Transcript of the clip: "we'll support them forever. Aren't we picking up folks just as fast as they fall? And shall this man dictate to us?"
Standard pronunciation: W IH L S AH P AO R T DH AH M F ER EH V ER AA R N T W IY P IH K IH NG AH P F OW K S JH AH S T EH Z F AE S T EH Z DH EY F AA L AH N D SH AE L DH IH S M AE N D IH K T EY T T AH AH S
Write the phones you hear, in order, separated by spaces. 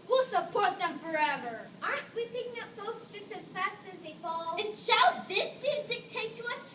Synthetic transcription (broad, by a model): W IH L S AH P AO R T DH AH M F ER EH V ER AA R T W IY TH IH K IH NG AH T F OW K S JH AH S T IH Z F AE S T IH Z DH EY F AA L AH N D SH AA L DH IH S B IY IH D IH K T EY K T AH AH S